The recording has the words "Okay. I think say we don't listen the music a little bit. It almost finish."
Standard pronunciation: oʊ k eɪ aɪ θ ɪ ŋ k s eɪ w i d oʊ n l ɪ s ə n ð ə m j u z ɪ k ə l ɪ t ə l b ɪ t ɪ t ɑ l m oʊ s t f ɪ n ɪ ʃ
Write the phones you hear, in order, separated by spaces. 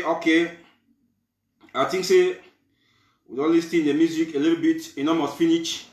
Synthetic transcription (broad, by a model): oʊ k eɪ aɪ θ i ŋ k s eɪ w i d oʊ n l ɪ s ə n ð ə m j u z ɪ k ə l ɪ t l b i t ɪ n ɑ m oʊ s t f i n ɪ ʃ